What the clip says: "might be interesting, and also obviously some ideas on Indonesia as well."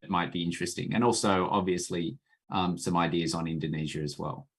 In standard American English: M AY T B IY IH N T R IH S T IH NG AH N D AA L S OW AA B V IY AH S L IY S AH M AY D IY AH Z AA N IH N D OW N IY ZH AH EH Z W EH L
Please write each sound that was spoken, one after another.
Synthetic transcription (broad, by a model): M AY T B IY IH N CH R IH S T IH NG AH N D AA L S OW AA B V IY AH S L IY S AH M AY D IY AH Z N IH N D OW N IY ZH AH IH Z W EH L